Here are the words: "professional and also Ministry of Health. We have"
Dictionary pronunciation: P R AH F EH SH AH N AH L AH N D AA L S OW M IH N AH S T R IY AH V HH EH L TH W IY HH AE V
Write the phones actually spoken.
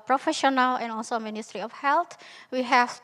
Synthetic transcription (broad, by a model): P R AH F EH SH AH N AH L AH N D AA L S OW M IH N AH S T R IY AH F HH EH L T W IY HH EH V